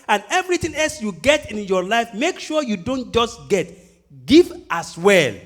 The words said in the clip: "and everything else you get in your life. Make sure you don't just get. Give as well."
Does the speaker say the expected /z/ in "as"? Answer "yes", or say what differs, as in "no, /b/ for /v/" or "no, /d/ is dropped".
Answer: no, /s/ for /z/